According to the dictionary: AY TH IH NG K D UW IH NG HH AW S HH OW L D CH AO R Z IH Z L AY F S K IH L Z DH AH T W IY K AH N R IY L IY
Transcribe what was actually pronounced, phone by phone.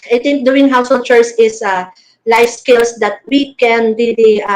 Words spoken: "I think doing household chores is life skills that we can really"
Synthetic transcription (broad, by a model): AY T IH NG K D UW IH NG HH AW S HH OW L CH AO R S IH S L AY F S K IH L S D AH T W IY K AH N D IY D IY